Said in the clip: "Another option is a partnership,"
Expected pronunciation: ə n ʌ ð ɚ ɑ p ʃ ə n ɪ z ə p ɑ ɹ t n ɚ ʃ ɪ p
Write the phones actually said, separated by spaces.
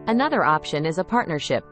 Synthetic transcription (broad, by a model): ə n ʌ ð ɚ ɑ p ʃ ə n ɪ z ə p ɑ ɹ t n ɚ ʃ ɪ p